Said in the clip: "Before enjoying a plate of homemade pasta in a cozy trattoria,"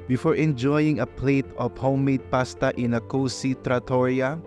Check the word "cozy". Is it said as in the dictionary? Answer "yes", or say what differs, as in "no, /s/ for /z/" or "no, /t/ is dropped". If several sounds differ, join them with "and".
no, /s/ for /z/